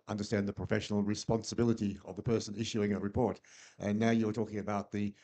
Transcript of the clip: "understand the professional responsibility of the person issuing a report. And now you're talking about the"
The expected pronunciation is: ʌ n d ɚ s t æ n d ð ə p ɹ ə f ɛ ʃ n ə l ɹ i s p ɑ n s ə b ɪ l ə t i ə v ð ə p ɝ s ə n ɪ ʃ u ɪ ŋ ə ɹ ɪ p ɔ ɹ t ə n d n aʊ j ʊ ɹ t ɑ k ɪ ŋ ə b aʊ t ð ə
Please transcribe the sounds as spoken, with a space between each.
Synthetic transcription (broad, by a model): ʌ n d ɚ s t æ n ð ə p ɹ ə f ɛ ʃ n l ɹ i s p ɑ n s ə b ɪ l ə t i ə v ð ə p ɝ s ə n ɪ ʃ u ɪ ŋ ə ɹ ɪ p ɔ ɹ t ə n n aʊ j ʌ ɹ t ɑ k ɪ ŋ ə b aʊ t ð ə